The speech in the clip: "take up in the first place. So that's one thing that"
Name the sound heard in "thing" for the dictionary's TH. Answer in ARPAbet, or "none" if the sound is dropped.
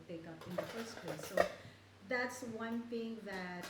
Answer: T